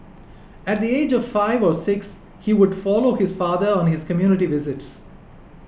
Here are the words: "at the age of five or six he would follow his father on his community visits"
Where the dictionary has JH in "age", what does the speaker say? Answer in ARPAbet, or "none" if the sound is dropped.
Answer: JH